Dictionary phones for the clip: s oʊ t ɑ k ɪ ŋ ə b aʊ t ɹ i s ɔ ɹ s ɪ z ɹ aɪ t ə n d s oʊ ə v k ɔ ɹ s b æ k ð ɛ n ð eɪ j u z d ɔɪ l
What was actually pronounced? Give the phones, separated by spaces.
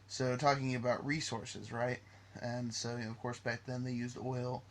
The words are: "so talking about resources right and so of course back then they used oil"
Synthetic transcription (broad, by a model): s oʊ t ɑ k ɪ ŋ ə b aʊ t ɹ i s ɔ ɹ s ɪ z ɹ aɪ t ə n s oʊ ə v k ɔ ɹ s b æ k ð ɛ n ð eɪ j u z d ɔɪ l